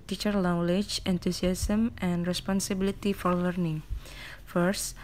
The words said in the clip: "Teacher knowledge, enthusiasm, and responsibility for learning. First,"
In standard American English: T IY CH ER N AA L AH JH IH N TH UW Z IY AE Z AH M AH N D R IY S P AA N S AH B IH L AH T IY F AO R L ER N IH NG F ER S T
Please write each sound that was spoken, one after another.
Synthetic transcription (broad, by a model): T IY CH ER L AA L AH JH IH N T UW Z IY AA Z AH M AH N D R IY S P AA N S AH B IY L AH T IY F AO R L ER N IH NG F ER S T